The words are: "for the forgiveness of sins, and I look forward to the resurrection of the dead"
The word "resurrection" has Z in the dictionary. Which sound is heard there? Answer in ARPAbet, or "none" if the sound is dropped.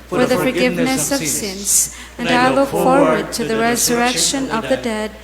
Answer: Z